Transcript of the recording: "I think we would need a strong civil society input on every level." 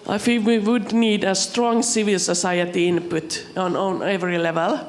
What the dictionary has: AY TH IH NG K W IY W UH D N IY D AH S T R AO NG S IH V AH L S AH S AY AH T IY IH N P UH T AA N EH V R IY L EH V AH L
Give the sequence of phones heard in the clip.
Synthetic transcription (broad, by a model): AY F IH W IY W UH D N IY D AH S T R AO NG S IH V AH L S AH S AY AH T IY IH N P UH T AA N EH V R IY L EH V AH L